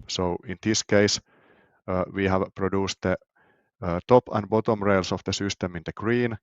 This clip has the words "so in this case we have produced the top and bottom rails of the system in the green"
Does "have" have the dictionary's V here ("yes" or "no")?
yes